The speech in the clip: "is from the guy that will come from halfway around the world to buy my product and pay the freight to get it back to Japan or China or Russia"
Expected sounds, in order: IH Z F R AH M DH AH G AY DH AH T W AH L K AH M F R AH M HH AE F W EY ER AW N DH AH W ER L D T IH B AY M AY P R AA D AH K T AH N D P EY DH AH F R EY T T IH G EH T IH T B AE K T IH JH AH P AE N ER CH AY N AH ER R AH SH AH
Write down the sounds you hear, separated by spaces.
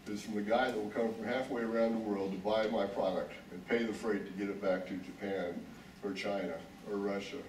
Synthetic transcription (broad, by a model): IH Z F R AH M DH AH G AY DH AH T W AH L K AH M F R AH M HH AE F W EY ER AW N DH AH W ER L D T IH B AY M AY P R AA D AH K T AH N P EY DH AH F R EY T T IH G EH T IH T B AE K T IH JH AH P AE N ER CH AY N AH ER R AH SH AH